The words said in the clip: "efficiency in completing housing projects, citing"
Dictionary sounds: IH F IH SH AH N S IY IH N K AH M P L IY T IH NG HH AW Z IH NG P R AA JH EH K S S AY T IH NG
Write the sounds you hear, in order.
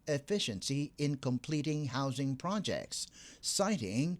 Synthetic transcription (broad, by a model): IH F IH SH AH N S IY IH N K AH M P L IY T IH NG HH AW Z IH NG P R AA JH EH K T S AY T IH NG